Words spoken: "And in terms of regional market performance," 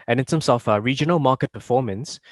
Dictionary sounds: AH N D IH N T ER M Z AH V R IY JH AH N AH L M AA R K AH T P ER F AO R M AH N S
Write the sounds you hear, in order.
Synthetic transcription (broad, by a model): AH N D IH N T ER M S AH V R IY JH AH N AH L M AA K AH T P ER F AO M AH N S